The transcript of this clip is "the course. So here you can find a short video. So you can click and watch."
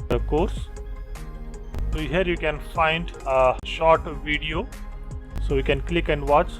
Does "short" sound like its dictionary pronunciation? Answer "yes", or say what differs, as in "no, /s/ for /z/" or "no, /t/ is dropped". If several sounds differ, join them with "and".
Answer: yes